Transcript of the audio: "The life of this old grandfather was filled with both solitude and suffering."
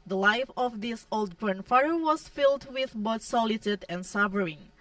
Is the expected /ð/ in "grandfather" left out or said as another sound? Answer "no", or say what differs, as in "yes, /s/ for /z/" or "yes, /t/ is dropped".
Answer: yes, /ð/ is dropped